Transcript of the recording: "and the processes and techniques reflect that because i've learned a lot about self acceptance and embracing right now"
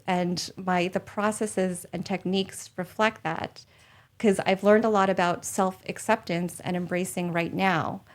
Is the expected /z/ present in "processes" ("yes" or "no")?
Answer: yes